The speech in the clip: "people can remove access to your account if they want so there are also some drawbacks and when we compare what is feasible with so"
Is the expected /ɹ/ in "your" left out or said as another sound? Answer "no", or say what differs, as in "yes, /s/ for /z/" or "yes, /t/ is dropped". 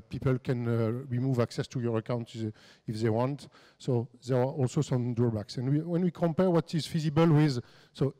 no